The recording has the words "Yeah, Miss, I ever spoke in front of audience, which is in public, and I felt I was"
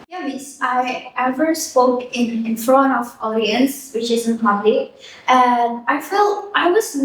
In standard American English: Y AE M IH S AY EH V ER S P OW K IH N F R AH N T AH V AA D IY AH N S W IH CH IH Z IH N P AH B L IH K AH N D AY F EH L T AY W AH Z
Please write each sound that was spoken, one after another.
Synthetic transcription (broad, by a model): Y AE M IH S AY EH V ER S P OW K IH N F R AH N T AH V AA D IY AH N S W IH CH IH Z IH N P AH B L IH AH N AY F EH L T AY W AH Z